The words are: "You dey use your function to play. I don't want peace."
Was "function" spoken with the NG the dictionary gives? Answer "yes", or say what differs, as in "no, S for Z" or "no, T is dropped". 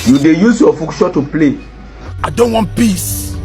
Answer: no, NG is dropped